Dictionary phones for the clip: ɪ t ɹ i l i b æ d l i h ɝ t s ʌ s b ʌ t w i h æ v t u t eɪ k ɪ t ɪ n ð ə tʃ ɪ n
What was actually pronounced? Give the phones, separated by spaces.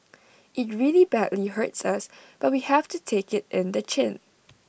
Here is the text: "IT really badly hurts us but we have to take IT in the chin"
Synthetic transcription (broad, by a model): ɪ t ɹ i l i b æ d l i h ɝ t s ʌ s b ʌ t w i h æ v t u t eɪ k ɪ t ɪ n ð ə tʃ ɪ n